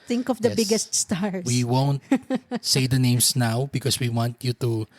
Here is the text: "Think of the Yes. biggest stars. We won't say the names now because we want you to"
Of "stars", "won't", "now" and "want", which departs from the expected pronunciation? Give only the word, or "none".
stars